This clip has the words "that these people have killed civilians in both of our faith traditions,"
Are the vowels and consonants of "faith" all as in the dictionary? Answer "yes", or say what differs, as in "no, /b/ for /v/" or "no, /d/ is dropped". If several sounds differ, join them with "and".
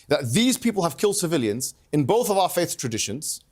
yes